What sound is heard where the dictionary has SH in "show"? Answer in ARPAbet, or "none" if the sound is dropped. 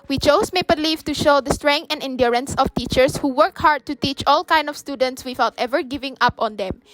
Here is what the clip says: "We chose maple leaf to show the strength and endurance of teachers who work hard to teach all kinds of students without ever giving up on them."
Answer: SH